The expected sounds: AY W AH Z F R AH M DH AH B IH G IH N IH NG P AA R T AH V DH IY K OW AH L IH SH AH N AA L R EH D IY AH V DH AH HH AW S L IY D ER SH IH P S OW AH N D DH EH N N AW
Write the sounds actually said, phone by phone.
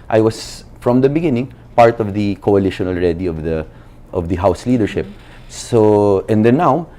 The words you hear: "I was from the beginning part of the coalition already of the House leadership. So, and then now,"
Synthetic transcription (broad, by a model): AY W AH S F R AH M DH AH B IH G IH N IH NG P AA R T AH V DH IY K OW AH L IH SH AH N AA L R EH D IY AH V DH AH HH AW S L IY D ER SH IH P S OW AH N D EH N N AW